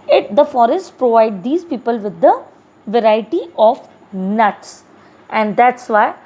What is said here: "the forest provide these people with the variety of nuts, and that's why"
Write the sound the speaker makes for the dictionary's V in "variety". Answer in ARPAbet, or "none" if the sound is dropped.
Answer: V